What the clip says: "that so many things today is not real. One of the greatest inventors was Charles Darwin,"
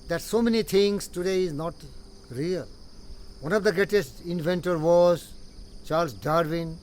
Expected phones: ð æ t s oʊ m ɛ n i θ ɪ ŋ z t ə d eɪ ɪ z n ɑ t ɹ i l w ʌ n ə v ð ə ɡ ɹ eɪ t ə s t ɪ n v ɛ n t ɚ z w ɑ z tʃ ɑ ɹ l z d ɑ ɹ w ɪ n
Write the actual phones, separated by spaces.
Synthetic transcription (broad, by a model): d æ t s oʊ m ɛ n i t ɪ ŋ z t ə d eɪ ɪ z n ɑ t ɹ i l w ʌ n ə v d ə ɡ ɹ eɪ t ə s t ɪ n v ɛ n t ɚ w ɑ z tʃ ɑ ɹ l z d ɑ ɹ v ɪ n